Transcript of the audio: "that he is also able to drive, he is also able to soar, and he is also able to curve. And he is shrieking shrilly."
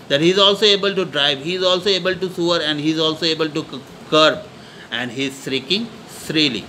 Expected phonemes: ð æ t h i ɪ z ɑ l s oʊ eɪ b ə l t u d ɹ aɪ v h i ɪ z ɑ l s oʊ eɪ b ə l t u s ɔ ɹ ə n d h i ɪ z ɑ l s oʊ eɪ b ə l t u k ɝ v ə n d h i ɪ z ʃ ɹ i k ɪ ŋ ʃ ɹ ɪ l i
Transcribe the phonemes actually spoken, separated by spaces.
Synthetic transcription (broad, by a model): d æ t h i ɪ z ɑ l s oʊ eɪ b ə l t u d ɹ aɪ v h i ɪ z ɑ l s oʊ eɪ b ə l t u s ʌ ɹ ə n d h i ɪ z ɑ l s oʊ eɪ b ə l t u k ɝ b ə n d h i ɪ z s ɹ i k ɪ ŋ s ɹ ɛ l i